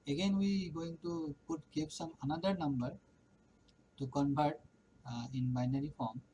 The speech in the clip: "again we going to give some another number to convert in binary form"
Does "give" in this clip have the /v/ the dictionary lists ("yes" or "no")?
no